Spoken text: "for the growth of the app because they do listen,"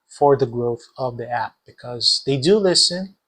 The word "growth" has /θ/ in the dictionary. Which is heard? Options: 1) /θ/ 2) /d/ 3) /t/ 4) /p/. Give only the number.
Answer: 1